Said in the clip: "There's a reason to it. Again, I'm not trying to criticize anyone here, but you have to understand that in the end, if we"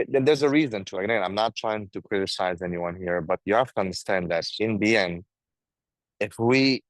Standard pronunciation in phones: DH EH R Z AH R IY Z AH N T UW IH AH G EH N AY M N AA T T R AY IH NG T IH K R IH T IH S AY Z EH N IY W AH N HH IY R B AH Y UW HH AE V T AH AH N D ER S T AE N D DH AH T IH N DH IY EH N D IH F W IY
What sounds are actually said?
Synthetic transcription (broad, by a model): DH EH R Z AH R IY Z AH N T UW IH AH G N AY M N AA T T R AY IH NG T IH K R IH T IH S AY Z EH N IY W AH N HH IY R B AH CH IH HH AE F T AH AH N D ER S T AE N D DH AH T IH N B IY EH N IH F W IY